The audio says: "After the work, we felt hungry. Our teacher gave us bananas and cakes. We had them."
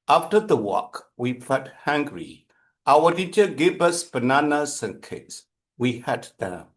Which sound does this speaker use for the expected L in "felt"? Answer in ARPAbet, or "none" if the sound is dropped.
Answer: none